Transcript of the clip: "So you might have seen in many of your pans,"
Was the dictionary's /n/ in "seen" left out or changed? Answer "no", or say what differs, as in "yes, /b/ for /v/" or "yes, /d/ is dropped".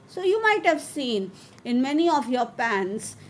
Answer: no